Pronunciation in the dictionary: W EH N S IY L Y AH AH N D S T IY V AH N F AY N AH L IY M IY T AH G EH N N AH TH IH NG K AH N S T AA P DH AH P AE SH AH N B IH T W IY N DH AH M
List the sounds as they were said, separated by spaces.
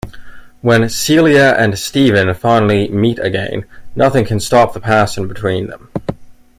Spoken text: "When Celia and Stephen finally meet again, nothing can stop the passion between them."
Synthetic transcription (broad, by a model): W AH N S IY L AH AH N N S T IY V AH N F AY N L IY M IY T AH G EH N N AH TH IH NG K AH N S T AA P DH AH P AE S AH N B IH T W IY N DH AH M